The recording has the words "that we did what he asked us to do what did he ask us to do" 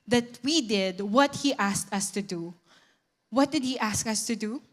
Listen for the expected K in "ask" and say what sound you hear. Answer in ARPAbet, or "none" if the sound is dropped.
K